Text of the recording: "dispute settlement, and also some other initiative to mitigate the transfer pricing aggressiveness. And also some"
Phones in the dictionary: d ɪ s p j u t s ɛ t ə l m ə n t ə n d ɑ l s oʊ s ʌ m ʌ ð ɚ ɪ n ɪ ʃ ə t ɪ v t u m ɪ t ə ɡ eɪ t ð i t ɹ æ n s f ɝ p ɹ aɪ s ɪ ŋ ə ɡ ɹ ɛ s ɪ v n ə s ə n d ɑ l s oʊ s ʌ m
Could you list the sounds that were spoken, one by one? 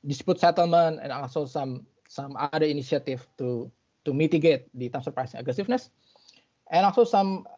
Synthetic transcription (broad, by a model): d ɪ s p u t s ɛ t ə l m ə n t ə n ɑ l s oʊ s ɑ m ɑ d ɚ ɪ n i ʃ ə t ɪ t t u m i t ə ɡ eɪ t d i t æ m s ɝ p ɹ aɪ s ɪ ŋ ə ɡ ɹ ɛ s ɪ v n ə s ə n ɑ l s oʊ s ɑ m